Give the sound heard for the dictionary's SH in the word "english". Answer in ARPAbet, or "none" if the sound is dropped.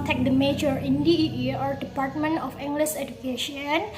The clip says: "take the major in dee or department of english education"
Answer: S